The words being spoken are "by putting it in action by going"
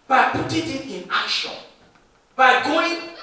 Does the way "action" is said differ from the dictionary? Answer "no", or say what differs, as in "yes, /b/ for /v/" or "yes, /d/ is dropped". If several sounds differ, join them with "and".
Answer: yes, /k/ is dropped